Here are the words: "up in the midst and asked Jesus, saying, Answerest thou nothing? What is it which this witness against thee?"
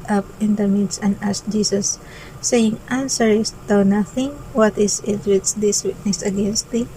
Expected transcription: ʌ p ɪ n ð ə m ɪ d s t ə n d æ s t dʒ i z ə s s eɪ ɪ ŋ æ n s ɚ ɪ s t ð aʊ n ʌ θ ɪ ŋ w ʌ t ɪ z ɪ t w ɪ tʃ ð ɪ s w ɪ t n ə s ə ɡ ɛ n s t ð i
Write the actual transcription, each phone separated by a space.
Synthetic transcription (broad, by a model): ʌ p ɪ n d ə m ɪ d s ə n d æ s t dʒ i s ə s s eɪ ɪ ŋ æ n s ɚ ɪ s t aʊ n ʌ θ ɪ ŋ w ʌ t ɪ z ɪ t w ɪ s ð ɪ s w ɪ t n ə s ə ɡ ɛ n s t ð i